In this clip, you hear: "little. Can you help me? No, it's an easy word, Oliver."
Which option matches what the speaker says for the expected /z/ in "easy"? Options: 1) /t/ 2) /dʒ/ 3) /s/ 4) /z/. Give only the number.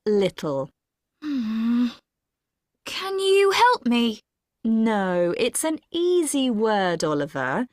4